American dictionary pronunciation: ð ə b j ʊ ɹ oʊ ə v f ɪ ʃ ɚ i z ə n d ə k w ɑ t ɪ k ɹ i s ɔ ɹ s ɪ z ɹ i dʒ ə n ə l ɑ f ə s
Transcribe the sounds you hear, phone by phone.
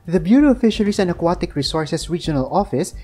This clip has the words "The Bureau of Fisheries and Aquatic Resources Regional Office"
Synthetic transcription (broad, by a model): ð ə b j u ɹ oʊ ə f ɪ ʃ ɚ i s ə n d ə k w ɑ t ɪ k ɹ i s ɔ ɹ s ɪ s ɹ i dʒ ə n ə l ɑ f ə s